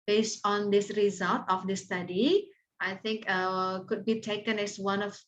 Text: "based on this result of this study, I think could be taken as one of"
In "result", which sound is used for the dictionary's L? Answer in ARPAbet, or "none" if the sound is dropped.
L